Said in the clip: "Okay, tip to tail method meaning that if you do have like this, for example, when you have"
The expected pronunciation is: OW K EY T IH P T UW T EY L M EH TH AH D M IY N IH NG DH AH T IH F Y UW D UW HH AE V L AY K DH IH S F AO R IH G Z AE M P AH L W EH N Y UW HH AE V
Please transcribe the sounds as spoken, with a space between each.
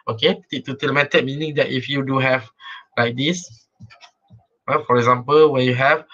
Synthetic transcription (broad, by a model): OW K EY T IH T UW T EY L M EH T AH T M IY N IH NG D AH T IH F Y UW D UW HH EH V L AY K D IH S F AO R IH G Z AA M P AH L W EH N Y UW HH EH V